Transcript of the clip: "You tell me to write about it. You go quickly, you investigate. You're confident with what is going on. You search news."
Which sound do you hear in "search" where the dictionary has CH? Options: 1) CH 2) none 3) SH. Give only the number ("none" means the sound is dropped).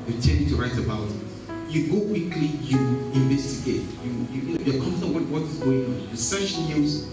3